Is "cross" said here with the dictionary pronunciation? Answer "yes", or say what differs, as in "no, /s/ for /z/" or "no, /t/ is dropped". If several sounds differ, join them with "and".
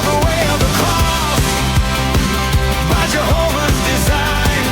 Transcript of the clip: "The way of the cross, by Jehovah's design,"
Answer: no, /ɹ/ is dropped